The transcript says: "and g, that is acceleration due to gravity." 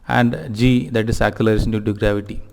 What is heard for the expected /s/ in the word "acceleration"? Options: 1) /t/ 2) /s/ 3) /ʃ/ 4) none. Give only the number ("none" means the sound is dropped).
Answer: 4